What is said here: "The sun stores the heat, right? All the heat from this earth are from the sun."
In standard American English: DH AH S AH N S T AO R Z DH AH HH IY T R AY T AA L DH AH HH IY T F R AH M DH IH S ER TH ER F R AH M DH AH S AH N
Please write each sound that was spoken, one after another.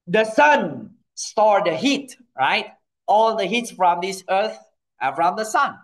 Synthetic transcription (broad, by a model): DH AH S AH N S T AO R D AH HH IY T R AY T AA L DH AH HH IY T F R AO M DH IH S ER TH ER F R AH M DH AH S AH N